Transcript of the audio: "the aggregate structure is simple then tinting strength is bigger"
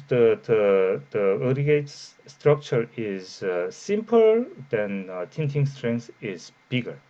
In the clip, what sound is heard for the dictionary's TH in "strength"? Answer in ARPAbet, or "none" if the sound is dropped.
S